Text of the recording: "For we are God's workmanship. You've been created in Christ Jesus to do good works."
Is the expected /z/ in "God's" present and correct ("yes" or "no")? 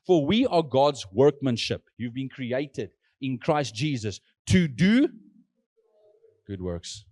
yes